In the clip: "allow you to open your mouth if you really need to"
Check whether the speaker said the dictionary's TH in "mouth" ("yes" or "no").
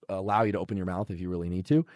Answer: yes